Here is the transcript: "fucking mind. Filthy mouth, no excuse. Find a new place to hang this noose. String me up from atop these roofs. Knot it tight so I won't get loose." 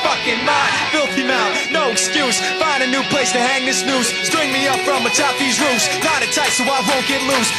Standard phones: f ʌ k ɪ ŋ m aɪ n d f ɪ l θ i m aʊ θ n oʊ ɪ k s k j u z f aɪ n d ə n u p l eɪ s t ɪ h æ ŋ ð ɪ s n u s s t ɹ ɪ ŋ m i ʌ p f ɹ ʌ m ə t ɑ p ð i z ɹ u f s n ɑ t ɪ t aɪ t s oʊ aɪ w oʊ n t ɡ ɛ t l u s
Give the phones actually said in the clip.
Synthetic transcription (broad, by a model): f ʌ k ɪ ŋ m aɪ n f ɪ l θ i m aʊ t n oʊ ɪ k s k j u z f aɪ n d ə n u p l eɪ s t ɪ h æ ŋ ð ɪ s n u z s t ɹ ɪ ŋ m i ʌ p f ɹ ʌ m ə t ɑ p ð i z ɹ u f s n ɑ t ɪ t aɪ t s oʊ aɪ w oʊ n ɡ ɛ t l u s